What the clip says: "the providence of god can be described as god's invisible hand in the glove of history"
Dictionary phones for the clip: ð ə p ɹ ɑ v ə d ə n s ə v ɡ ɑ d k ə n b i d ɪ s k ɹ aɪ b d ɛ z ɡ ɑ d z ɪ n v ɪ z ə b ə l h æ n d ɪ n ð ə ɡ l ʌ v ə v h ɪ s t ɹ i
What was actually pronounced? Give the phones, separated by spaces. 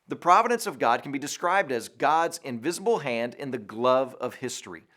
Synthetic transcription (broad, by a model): ð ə p ɹ ɑ v ə d ə n s ə v ɡ ɑ d k n b i d ɪ s k ɹ aɪ b d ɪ z ɡ ɑ d z ɪ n v ɪ z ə b l h æ n d ɪ n ð ə ɡ l ʌ v ə v h ɪ s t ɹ i